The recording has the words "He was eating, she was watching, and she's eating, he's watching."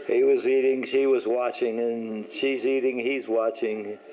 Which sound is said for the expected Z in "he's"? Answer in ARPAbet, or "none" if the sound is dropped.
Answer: Z